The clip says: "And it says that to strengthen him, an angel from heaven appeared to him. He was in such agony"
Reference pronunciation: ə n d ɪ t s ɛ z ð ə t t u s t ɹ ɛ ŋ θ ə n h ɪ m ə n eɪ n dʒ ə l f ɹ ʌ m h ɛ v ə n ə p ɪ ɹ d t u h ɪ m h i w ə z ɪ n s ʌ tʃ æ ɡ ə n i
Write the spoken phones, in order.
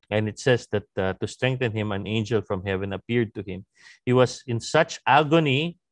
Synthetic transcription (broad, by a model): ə n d ɪ t s ɛ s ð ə t t u s t ɹ ɛ ŋ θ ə n h ɪ m ə n eɪ n dʒ ə l f ɹ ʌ m h ɛ v ə n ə p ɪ ɹ d t u h ɪ m h i w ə s ɪ n s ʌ tʃ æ ɡ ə n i